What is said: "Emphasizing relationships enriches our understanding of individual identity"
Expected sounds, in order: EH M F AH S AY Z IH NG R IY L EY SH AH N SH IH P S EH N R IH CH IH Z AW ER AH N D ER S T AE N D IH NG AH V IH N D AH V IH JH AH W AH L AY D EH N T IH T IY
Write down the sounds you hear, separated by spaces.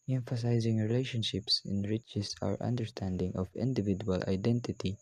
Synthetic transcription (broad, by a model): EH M F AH S AY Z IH NG R IY L EY SH AH N SH IH P S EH N R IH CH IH S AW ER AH N D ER S T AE N D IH NG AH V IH N D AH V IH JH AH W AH L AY D EH N T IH T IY